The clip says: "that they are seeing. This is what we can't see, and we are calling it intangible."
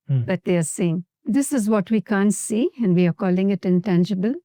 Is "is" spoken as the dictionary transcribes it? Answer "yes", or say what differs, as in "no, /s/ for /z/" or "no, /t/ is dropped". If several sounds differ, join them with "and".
yes